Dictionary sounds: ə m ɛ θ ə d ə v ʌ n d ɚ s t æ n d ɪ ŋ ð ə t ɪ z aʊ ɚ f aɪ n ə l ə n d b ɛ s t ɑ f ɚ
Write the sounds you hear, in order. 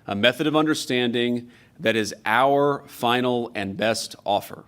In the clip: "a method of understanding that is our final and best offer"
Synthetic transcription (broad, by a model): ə m ɛ θ ə d ə v ʌ n d ɚ s t æ n d ɪ ŋ ð ə t ɪ z aʊ ɚ f aɪ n l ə n b ɛ s t ɑ f ɚ